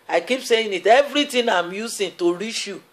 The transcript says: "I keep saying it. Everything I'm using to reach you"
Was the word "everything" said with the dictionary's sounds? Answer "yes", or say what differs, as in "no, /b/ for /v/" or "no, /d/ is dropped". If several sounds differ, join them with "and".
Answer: no, /t/ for /θ/